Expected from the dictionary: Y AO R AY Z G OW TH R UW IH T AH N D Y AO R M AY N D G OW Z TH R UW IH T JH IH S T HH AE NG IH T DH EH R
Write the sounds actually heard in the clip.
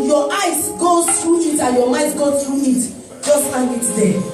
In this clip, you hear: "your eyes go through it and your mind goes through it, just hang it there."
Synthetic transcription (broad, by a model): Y AO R AY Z G OW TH R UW IH T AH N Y AO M AY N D G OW TH R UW IH T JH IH S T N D IH T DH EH